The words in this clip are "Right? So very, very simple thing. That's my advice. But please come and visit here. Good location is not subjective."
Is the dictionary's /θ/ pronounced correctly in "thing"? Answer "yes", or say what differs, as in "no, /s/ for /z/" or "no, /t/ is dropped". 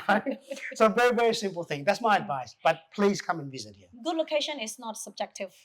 yes